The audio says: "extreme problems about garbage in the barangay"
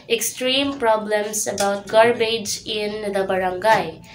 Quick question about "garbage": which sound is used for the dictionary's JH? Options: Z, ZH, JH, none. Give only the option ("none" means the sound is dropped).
JH